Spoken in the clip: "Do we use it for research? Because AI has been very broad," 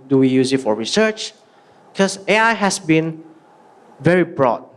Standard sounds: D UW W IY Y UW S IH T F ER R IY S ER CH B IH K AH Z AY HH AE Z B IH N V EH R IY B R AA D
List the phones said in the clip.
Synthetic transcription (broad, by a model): D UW W IY Y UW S IH T F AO R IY S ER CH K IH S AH AY HH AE S B IH N V EH R IY B R AA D